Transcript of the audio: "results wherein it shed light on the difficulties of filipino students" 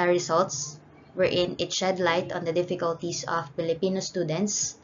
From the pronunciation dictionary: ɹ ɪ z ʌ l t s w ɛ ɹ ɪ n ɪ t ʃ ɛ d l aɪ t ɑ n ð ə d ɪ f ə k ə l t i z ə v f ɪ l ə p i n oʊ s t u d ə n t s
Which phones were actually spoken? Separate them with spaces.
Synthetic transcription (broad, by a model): ɹ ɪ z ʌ l t s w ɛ ɹ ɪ n ɪ t ʃ ɛ d l aɪ t ɑ n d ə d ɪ f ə k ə l t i s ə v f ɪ l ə p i n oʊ s t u d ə n t s